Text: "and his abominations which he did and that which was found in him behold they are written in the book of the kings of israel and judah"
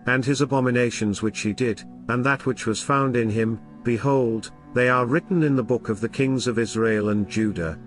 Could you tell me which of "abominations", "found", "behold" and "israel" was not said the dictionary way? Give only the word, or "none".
none